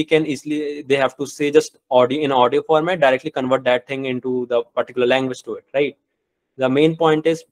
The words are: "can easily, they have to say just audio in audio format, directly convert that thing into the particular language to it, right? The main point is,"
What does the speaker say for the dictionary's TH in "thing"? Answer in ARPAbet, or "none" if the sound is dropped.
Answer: T